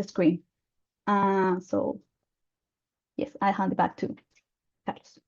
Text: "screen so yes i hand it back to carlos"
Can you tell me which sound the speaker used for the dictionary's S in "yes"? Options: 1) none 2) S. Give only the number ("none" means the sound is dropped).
2